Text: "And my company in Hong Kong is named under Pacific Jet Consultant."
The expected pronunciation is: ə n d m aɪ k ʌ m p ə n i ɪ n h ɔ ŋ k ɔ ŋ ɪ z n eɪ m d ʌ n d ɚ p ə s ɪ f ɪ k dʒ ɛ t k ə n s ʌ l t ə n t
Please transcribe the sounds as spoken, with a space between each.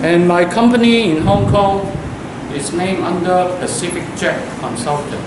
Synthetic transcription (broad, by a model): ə n m aɪ k ʌ m p ə n i ɪ n h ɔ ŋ k ɔ ŋ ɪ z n eɪ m ʌ n d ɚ p ə s ɪ f ɪ k tʃ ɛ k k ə n s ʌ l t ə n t